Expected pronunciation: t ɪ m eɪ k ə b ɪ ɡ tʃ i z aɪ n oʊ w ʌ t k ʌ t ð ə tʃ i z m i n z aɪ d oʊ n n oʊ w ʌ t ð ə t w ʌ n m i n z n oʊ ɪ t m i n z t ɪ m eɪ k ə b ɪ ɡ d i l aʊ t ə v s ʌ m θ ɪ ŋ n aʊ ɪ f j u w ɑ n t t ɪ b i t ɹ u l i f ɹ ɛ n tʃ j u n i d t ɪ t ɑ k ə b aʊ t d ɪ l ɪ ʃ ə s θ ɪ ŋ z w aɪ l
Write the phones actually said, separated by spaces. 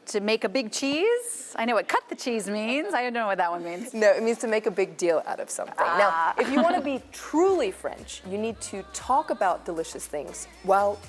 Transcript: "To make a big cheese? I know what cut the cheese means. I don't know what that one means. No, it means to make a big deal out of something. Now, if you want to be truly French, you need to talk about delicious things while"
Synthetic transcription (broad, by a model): t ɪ m eɪ k ə b ɪ ɡ tʃ i z aɪ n oʊ w ʌ t k ʌ t ð ə tʃ i z m i n z aɪ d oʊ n n oʊ w ʌ t ð ə t w ʌ n m i n z n oʊ ɪ t m i n z t ɪ m eɪ k ə b ɪ ɡ d i l aʊ t ə v s ʌ m θ ɪ ŋ n aʊ ɪ f j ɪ w ɑ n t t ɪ b i t ɹ u l i f ɹ ɛ n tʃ j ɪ n i d t ɪ t ɑ k ə b aʊ t d ɪ l ɪ ʃ ə s θ ɪ ŋ z w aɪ l